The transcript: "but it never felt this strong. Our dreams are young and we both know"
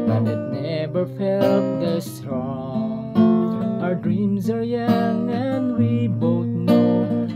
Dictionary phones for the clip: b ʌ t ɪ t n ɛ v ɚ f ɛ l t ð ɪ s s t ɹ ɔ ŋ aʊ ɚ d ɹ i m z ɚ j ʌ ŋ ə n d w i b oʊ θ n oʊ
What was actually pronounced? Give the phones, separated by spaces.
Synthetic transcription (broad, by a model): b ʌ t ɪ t n ɛ v ɚ f ɛ l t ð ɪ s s t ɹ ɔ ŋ aʊ ɚ d ɹ i m z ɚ j ʌ ŋ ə n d w i b oʊ θ n oʊ